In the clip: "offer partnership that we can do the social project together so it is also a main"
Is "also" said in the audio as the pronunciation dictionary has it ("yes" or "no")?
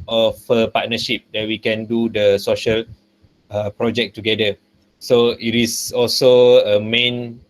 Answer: yes